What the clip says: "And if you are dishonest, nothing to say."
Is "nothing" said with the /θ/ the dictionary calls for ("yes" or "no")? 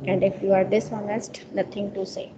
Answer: no